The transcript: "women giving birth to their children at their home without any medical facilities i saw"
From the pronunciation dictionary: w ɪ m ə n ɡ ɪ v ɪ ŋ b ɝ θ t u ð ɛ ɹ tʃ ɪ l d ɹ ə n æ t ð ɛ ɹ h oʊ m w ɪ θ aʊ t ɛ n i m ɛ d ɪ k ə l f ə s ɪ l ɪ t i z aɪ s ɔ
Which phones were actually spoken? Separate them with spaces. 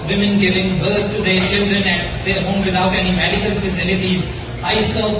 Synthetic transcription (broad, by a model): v ɪ m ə n ɡ ɪ v ɪ ŋ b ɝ s t u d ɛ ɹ tʃ ɪ l d ɹ ə n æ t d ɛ ɹ h oʊ m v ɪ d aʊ t ɛ n i m ɛ d ɪ k ə l f ə s ɪ l ɪ t i z aɪ s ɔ